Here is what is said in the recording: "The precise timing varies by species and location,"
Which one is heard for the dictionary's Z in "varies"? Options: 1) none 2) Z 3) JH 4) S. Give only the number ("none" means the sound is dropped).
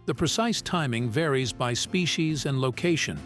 2